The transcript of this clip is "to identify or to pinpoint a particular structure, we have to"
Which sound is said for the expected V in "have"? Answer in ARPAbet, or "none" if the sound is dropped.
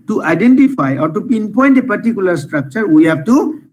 F